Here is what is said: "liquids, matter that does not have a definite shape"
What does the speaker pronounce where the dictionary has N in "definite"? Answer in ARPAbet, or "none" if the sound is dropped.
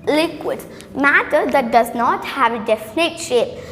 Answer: N